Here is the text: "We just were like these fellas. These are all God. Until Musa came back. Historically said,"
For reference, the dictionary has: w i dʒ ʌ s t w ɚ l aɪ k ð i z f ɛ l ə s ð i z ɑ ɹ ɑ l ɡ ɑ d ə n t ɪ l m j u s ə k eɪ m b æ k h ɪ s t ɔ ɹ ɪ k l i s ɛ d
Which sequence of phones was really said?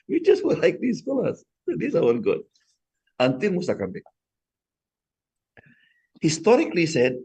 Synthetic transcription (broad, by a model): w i dʒ ʌ s t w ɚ l aɪ k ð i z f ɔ l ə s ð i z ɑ w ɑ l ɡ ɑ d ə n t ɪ n m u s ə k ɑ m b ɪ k h ɪ s t ɔ ɹ ɪ k l i s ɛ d